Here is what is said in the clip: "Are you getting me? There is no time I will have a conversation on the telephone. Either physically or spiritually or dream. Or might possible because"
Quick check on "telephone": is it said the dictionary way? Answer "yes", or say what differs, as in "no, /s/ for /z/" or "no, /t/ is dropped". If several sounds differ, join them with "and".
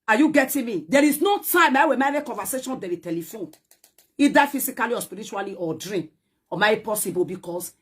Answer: yes